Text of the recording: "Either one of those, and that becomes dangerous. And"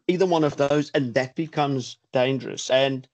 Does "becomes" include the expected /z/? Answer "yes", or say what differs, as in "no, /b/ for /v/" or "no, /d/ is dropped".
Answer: yes